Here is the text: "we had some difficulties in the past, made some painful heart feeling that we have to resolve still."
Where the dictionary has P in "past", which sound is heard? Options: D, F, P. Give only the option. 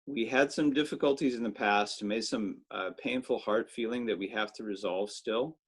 P